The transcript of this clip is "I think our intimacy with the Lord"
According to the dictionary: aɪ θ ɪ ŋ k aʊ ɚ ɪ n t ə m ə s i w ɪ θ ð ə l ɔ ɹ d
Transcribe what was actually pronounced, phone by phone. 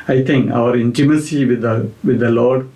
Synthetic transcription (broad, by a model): aɪ t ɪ ŋ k aʊ ɚ ɪ n t ə m ə s i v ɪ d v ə l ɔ ɹ d